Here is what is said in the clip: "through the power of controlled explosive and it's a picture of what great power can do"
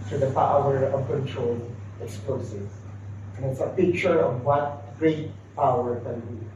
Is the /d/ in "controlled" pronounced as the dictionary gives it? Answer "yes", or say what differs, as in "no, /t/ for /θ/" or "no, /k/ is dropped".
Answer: no, /d/ is dropped